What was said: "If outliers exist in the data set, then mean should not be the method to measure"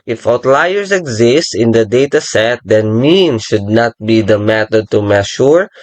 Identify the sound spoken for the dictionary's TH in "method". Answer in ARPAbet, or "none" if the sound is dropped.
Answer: T